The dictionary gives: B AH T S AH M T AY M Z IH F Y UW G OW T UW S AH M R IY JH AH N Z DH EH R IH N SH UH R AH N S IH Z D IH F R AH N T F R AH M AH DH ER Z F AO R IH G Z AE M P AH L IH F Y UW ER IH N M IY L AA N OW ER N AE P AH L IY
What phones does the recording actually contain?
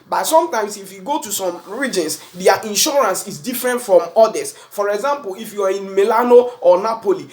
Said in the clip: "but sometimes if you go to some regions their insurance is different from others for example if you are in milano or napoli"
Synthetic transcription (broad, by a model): B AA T S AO M T AY M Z IH F Y UW G OW T UW S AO M R IY JH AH N S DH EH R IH N SH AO R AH N S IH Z D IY F R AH N T F R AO M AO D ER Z F AO R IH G Z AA M P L IH F Y UW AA IH N M IY L AA N OW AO N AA P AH L IY